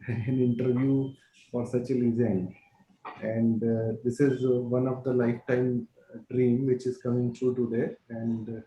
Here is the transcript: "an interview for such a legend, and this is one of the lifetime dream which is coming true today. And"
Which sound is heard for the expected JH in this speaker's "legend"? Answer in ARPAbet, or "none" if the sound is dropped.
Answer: Z